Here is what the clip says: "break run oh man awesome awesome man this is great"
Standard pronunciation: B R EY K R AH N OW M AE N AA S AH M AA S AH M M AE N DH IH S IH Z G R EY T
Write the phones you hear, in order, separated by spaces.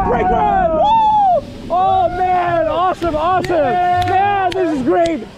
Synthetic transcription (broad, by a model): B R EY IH OW M AE N AA S AH M AA S AH M M AE N DH IH S IH Z G R EY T